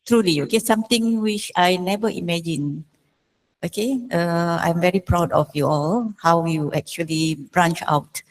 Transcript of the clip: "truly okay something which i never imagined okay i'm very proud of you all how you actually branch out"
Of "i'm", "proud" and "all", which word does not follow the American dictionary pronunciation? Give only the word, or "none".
none